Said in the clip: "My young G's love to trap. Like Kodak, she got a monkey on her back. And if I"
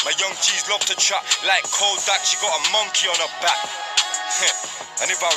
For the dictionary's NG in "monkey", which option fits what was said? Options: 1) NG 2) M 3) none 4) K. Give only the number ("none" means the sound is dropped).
1